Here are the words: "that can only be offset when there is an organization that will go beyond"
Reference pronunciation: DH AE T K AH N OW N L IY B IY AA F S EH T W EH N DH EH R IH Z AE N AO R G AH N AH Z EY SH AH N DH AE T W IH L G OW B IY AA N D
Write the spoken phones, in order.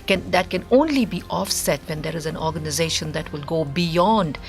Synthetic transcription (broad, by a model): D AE T K AH N OW N L IY B IY AA F S EH T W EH N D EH R IH Z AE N AO R G AH N AH Z EY SH AH N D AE T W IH L G OW B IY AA N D